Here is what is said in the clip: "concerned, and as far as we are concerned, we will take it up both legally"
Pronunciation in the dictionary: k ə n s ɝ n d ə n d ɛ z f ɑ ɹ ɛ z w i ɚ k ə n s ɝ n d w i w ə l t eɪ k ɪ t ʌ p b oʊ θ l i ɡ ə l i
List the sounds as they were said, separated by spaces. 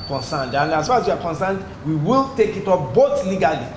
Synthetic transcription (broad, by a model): k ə n s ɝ n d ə n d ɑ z f ɑ ɹ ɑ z w i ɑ k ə n s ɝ n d w i w ə l t eɪ k ɪ t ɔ f b oʊ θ l i ɡ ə l i